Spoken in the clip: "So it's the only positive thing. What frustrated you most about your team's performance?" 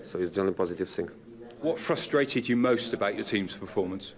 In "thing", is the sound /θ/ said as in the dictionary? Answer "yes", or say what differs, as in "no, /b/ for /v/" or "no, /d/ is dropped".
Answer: no, /s/ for /θ/